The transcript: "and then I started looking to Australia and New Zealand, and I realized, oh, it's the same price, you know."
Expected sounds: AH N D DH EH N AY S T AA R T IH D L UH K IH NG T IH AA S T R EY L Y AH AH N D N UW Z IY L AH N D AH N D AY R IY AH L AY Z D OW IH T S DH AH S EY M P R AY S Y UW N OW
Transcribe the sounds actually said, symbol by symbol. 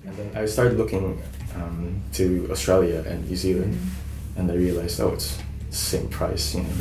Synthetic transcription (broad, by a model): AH N DH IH N AY S T AA R T IH D L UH K IH NG T IH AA S T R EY L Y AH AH N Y UW Z IY L AH N D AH N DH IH R IY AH L AY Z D OW IH T S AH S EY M P R AY S Y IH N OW